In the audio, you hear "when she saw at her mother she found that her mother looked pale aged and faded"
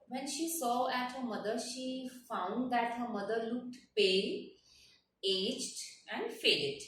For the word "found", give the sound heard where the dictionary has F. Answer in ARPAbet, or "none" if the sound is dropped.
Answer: F